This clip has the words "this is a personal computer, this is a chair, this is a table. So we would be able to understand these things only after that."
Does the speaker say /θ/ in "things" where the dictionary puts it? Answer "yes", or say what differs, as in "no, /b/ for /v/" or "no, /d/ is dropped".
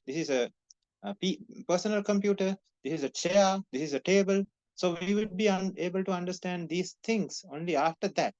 no, /t/ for /θ/